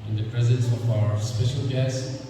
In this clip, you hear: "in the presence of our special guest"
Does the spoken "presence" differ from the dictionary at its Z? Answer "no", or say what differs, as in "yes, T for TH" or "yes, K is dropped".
no